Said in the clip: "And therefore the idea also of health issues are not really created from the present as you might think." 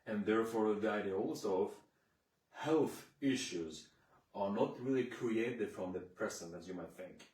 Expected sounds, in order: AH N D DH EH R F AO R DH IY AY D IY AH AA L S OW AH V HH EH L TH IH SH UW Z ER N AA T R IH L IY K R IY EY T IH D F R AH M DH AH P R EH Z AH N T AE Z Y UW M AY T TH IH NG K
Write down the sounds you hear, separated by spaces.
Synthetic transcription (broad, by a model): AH N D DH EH R F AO R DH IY AY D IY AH AA L S OW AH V HH EH L TH IH SH UW Z ER N AA T R IH L IY K R IY EY T IH D F R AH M DH AH P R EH S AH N AE Z Y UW M AY T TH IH NG K